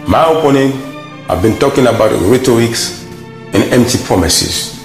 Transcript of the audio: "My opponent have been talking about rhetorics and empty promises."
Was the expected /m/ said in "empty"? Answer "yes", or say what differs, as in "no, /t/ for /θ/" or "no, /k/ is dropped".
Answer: yes